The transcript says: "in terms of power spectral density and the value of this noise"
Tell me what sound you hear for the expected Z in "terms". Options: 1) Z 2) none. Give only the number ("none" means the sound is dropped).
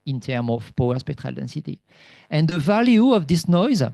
2